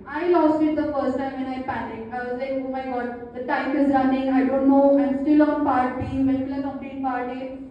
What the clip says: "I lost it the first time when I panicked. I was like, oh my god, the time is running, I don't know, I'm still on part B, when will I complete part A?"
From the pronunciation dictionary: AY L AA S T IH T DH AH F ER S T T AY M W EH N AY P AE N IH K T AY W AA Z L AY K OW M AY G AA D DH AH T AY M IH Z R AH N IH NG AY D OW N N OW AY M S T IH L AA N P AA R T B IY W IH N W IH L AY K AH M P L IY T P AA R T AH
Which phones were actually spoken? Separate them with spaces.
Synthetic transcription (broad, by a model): AY L AA S T IH T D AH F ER S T T AY M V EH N AY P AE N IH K AY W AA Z L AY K OW M AY G AA D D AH T AY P IH Z R AH N IH NG AY D OW N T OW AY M S T IH L AA N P AA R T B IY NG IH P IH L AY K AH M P IY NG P AA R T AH